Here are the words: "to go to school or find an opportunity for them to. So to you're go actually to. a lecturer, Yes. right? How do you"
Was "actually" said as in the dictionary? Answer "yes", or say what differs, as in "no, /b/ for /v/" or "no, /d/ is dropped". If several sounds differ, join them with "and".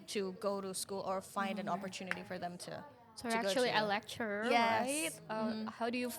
no, /l/ is dropped